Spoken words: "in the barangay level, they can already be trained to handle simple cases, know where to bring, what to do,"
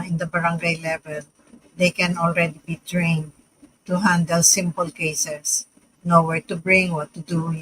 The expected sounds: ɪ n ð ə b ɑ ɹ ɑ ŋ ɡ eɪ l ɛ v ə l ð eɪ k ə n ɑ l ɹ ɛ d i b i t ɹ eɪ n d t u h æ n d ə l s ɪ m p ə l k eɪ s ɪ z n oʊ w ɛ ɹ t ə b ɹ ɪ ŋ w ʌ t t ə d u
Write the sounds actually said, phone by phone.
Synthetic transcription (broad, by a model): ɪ n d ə b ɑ ɹ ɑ ŋ ɡ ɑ l ɛ v ə l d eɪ k ə n ɑ l ɹ ɛ d i b i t ɹ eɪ n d t u h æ n d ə l s ɪ m p ə l k eɪ s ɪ s n oʊ w ɛ ɹ t ə b ɹ ɪ ŋ w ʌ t t ə d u